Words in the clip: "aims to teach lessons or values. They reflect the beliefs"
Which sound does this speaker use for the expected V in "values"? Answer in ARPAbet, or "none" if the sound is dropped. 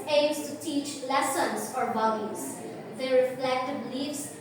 B